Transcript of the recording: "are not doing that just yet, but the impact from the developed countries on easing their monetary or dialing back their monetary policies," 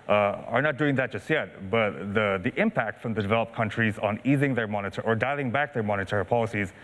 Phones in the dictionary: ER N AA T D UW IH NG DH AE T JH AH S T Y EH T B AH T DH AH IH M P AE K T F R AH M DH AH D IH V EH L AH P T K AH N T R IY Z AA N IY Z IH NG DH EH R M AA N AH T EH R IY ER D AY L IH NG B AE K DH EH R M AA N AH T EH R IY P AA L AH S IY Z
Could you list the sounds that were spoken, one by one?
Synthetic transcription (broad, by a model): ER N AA T D UW IH NG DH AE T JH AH S T Y EH T B AH T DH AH IH M P AE K T F R AH M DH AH D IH V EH L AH P K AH N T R IY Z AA N IY Z IH NG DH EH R M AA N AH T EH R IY ER D AY L IH NG B AE K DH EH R M AA N AH T EH R IY P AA L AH S IY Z